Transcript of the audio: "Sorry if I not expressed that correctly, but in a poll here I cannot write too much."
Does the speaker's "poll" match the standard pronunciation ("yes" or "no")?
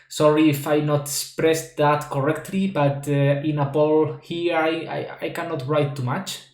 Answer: no